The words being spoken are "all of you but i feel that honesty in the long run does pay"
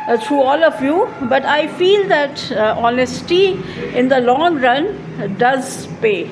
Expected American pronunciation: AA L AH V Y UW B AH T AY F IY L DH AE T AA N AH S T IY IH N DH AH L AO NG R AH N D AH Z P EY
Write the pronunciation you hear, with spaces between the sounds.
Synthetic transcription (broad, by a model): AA L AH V Y UW B AH T AY F IY L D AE T AA N AH S T IY IH N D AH L AO NG R AH N D AH Z P EY